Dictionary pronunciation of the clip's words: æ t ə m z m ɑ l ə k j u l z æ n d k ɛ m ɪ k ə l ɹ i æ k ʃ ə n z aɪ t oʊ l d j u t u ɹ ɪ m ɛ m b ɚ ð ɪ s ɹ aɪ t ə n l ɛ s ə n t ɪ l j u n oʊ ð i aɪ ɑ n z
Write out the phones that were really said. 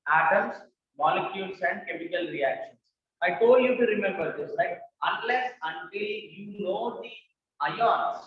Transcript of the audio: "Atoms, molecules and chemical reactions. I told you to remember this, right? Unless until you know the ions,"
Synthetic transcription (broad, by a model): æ t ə m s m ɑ l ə k j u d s æ n d k ɛ m ɪ k ə l ɹ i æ k ʃ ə n s aɪ t oʊ l d j u t u ɹ ɪ m ɛ m b ɚ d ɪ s l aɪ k ə n l ɛ s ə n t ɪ l j u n oʊ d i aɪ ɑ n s